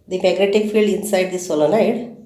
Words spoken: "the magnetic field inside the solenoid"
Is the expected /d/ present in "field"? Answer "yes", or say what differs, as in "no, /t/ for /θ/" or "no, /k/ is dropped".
yes